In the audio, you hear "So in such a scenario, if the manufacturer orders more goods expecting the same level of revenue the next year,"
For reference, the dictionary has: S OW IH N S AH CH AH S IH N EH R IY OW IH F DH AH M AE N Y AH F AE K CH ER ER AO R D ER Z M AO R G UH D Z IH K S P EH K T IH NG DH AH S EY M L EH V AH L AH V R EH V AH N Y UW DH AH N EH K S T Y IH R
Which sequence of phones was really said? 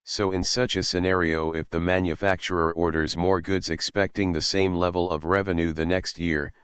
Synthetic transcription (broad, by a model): S OW IH N S AH CH AH S IH N EH R IY OW IH F DH AH M AE N Y AH F AE K CH ER ER AO R D ER Z M AO R G UH D Z IH K S P EH K T IH NG DH AH S EY M L EH V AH L AH V R EH V AH N Y UW DH AH N EH K S T Y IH R